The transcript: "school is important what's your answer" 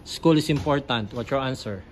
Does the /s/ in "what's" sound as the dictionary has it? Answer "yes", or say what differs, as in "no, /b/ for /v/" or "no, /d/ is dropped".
no, /s/ is dropped